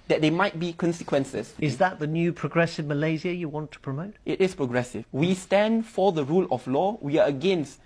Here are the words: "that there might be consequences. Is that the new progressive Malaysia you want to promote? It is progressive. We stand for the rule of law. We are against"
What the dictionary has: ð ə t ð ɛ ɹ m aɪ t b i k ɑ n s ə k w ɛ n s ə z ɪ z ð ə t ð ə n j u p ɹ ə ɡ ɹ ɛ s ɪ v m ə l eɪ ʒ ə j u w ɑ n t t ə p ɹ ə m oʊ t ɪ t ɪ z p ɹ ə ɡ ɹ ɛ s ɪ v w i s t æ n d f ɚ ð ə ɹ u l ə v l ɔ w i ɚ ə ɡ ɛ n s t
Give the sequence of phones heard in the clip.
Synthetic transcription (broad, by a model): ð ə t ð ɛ m aɪ t b i k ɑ n s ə k w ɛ n s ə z ɪ z ð ə t ð ə n j u p ɹ ə ɡ ɹ ɛ s ɪ v m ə l eɪ z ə j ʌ w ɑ n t t ə p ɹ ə m oʊ t ɪ t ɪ s p ɹ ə ɡ ɹ ɛ s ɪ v w i s t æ n d f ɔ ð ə ɹ u l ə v l ɔ w i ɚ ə ɡ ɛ n s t